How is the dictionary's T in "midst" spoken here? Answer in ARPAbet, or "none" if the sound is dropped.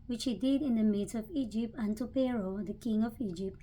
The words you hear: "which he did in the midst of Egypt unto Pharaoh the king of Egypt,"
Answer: none